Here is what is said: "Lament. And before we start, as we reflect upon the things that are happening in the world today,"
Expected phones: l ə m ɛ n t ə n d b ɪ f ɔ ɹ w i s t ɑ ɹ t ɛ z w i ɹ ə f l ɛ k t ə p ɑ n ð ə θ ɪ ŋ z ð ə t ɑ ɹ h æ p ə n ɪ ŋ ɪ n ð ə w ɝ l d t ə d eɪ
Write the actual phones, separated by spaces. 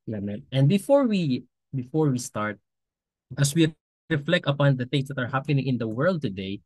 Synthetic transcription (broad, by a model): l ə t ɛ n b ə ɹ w b ɪ f ɔ ɹ w i s t ɑ ɹ t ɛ s w i ɹ ə f l ɛ k t ə p ɑ n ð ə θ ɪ ŋ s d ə t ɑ ɹ h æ p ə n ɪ ŋ ɪ n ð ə w ɝ l d t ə d eɪ